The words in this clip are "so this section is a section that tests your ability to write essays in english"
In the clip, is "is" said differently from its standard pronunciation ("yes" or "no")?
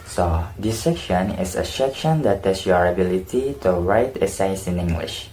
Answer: yes